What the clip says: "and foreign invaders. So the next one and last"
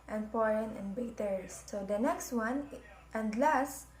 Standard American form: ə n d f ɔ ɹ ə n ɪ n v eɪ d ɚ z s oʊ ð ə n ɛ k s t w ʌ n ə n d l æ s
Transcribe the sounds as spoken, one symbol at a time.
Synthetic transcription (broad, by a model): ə n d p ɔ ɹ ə n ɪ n b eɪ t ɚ s oʊ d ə n ɛ k s t w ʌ n ə n d l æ s